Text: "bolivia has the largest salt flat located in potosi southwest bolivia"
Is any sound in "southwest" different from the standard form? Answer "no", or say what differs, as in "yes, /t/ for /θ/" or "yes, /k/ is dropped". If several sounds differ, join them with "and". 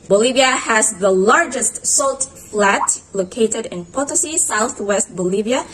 no